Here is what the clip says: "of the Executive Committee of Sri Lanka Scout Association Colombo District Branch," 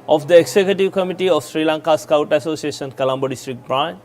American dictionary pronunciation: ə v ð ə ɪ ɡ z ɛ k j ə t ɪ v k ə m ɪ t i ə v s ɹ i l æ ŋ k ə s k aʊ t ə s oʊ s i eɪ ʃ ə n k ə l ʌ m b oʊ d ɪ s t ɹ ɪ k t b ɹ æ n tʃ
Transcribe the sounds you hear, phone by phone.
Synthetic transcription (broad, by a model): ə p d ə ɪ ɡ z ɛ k j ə t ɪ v k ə m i t i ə f s ɹ i l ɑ ŋ k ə s k aʊ t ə s oʊ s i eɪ s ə n k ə l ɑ m b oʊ d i s t ɹ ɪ k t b ɹ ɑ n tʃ